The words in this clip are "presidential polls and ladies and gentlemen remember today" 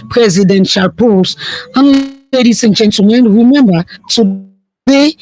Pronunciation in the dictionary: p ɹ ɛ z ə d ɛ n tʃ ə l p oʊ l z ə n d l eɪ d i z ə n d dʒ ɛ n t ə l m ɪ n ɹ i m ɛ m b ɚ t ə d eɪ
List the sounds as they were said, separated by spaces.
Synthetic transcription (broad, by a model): p ɹ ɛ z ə d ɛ n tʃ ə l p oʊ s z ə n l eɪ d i s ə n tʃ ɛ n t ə m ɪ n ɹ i m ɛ m b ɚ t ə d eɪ